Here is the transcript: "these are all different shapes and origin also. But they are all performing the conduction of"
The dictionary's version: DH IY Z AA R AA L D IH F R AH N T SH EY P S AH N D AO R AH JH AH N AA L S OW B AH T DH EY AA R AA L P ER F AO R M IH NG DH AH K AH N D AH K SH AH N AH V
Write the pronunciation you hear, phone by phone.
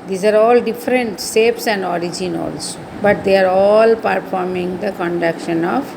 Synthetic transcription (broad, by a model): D IY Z AA R AA L D IH F R AH N T S EY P S AH N D AO R AH JH AH N AA L S OW B AH T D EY AA R AA L P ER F AO R M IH NG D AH K AH N D AH K SH AH N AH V